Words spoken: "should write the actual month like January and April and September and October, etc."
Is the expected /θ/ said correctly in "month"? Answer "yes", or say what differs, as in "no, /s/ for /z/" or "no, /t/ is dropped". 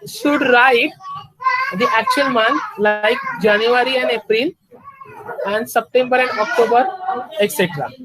no, /t/ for /θ/